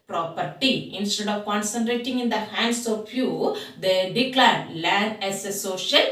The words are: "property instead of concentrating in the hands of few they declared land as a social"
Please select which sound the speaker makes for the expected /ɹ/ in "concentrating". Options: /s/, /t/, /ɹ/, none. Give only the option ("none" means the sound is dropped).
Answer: /ɹ/